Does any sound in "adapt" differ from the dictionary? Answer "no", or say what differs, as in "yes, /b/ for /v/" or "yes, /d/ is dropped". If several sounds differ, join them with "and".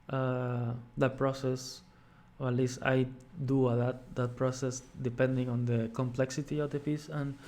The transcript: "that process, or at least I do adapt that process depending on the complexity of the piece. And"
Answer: yes, /p/ is dropped